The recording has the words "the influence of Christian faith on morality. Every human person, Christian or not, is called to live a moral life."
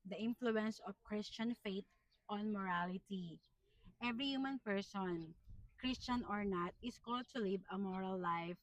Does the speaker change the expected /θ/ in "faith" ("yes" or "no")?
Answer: yes